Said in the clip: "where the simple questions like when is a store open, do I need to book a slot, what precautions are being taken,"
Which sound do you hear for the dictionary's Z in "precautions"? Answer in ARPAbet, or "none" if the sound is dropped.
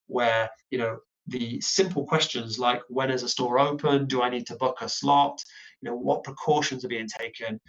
Z